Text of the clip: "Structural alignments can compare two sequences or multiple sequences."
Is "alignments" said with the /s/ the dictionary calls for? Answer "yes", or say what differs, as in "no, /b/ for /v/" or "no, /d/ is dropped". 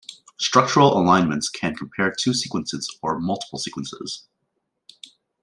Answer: yes